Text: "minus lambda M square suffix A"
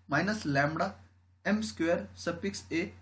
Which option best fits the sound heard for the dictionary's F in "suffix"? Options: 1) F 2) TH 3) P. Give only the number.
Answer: 3